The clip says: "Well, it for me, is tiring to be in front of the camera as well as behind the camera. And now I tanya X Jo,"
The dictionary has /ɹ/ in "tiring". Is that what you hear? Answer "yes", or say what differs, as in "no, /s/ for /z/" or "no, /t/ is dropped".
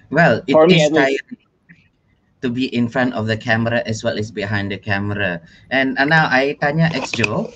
no, /ɹ/ is dropped